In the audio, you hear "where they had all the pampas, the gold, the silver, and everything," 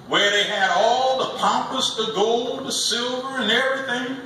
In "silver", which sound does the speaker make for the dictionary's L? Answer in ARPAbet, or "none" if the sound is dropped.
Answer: L